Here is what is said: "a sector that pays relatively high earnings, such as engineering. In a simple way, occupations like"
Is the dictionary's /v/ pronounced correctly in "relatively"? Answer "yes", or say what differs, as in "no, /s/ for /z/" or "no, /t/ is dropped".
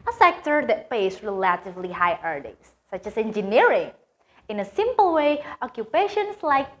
yes